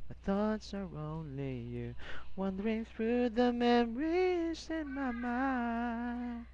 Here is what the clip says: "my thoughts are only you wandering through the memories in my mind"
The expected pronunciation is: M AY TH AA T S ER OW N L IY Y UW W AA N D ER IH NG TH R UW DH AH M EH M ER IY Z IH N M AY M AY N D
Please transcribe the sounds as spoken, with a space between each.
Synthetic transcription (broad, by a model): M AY TH AA T S ER OW N L IY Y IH W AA N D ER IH NG TH R UW DH AH M EH M ER IY Z IH N M AY M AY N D